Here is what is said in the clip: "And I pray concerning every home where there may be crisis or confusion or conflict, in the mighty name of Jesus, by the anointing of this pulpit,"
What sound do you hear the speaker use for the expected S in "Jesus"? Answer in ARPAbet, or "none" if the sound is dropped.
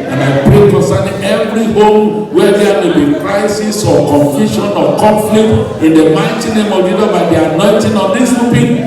none